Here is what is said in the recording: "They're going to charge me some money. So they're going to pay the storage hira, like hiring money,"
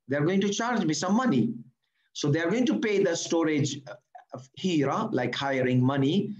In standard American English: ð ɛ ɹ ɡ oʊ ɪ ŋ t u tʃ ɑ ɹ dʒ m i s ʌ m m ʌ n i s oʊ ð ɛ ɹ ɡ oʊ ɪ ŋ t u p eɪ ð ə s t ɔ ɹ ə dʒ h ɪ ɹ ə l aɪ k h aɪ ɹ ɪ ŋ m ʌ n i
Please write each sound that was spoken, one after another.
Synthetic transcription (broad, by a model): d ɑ ɹ ɡ oʊ ɪ ŋ t u tʃ ɑ ɹ dʒ m i s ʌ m m ʌ n i s oʊ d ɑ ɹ ɡ oʊ ɪ ŋ t u p eɪ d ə s t ɔ ɹ ə dʒ h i ɹ l aɪ k h aɪ ɹ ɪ ŋ m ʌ n i